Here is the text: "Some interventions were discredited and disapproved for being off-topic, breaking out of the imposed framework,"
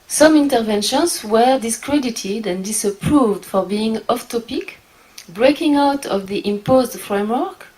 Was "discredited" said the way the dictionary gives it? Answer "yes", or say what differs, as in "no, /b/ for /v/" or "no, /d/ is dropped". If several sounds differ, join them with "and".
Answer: yes